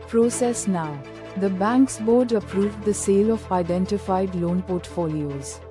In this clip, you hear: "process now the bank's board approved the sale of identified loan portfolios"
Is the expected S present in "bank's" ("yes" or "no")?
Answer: yes